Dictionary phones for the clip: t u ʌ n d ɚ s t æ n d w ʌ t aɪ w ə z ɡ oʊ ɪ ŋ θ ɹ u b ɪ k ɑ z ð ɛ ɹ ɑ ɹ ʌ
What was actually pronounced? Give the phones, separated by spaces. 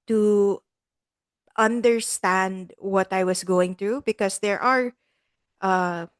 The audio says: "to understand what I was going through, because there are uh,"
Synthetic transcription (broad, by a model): t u ʌ n d ɚ s t æ n d w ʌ t aɪ w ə s ɡ oʊ ɪ ŋ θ ɹ u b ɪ k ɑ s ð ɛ ɹ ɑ ɹ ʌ